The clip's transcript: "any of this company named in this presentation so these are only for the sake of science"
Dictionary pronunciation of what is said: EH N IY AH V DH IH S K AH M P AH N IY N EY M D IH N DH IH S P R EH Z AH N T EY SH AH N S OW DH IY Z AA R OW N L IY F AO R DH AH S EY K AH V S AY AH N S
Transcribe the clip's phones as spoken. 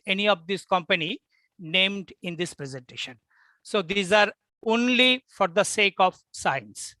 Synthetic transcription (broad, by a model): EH N IY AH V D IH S K AH M P AH N IY N EY M D IH N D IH S P R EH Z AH N T EY SH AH N S OW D IY Z AA R OW N L IY F AO R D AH S EY K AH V S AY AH N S